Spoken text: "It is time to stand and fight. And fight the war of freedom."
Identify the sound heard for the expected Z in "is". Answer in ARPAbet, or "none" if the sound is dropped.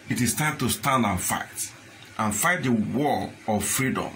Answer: S